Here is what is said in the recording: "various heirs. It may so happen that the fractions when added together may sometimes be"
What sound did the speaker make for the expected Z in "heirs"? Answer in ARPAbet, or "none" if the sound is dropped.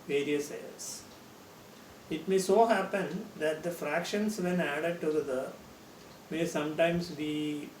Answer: S